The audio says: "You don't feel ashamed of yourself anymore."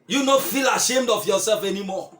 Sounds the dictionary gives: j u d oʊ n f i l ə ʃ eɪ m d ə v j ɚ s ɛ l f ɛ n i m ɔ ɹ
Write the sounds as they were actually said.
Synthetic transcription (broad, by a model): j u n oʊ f i l ə ʃ eɪ m d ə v j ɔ s ɛ l f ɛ n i m ɔ